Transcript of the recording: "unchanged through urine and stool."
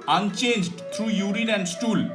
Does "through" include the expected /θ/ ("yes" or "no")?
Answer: no